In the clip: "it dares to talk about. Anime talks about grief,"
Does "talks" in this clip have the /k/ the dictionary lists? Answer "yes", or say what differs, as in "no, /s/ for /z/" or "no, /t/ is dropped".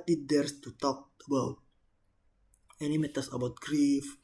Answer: no, /k/ is dropped